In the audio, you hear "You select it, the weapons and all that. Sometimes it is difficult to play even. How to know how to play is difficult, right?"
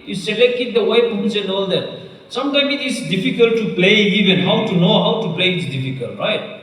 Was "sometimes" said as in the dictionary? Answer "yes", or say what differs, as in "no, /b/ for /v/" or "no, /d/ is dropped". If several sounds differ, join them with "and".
no, /z/ is dropped